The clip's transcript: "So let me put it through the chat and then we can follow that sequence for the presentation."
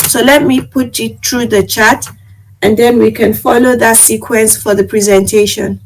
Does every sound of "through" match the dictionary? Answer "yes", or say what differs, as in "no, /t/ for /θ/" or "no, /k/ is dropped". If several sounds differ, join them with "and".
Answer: no, /t/ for /θ/